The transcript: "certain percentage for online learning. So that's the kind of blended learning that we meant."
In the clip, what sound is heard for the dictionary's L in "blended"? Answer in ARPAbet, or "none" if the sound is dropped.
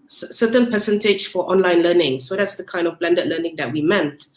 L